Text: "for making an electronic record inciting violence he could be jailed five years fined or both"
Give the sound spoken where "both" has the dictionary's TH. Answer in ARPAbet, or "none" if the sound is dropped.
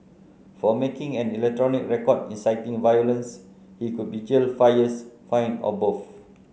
F